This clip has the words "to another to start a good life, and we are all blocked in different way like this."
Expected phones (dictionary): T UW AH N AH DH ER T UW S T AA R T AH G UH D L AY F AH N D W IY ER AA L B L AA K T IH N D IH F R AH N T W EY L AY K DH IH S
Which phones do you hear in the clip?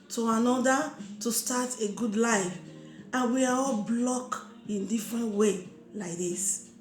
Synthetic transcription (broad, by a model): T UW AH N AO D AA T UW S T AA T AH G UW D L AY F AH N W IY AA AA L B L AA K IH N D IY F R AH N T W EY L AY K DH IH S